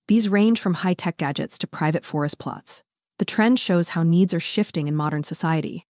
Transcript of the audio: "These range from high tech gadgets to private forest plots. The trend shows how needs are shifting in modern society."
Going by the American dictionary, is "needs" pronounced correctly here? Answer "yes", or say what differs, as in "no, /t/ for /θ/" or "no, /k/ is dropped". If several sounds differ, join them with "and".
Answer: yes